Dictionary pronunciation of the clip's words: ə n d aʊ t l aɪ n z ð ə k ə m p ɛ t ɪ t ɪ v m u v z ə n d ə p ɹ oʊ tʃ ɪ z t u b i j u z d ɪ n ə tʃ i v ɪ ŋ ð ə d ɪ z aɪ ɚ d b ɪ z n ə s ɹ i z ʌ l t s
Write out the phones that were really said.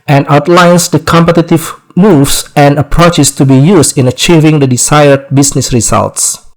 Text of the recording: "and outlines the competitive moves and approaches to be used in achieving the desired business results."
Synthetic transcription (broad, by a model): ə n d aʊ t l aɪ n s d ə k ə m p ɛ t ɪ t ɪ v m u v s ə n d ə p ɹ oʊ tʃ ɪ s t u b i j u s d ɪ n ə tʃ i v ɪ ŋ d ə d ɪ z aɪ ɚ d b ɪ s n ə s ɹ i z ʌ l t s